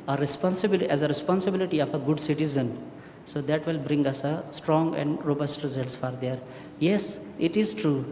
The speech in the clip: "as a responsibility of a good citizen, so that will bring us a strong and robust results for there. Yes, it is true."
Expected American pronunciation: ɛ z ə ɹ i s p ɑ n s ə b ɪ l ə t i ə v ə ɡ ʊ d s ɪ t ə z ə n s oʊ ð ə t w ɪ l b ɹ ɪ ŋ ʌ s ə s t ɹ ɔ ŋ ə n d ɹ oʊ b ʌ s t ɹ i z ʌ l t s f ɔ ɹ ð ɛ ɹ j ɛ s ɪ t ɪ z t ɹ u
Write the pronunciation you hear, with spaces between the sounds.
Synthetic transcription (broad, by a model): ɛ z ə ɹ i s p ɑ n s ə b ɪ l ə t i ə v ə ɡ ʊ d s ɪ t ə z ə n s oʊ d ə t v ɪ l b ɹ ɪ ŋ ʌ s ə s t ɹ ɔ ŋ ə n d ɹ oʊ b ʌ s t ɹ i z ʌ l t s f ɔ ɹ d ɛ ɹ j ɛ s ɪ t ɪ z t ɹ u